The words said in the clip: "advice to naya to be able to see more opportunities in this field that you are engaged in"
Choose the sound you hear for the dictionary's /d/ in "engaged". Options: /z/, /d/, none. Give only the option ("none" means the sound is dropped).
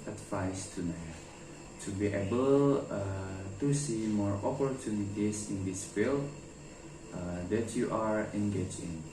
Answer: none